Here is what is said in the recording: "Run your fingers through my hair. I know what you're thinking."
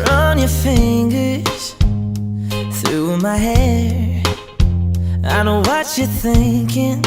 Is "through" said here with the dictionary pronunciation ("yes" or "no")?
yes